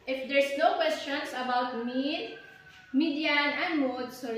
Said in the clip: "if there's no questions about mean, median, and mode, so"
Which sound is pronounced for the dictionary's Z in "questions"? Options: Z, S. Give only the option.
S